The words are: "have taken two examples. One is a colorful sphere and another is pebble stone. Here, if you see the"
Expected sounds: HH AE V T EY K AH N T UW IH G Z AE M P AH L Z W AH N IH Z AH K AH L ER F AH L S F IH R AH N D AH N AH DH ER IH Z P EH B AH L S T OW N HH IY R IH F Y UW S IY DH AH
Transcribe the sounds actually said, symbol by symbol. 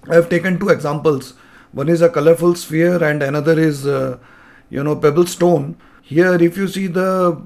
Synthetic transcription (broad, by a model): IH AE V T EY K AH N T UW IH G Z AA M P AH L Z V AH N IH Z AH K AH L ER F AH L S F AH R AH N D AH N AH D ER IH Z P EH B AH L S T OW N HH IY R IH F Y UW S IY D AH